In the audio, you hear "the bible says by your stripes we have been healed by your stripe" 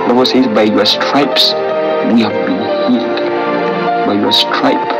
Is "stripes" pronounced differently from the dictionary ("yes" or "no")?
no